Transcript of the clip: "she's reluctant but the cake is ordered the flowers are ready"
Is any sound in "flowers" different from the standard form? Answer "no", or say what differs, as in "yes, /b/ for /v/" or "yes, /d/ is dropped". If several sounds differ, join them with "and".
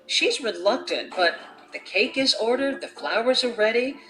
no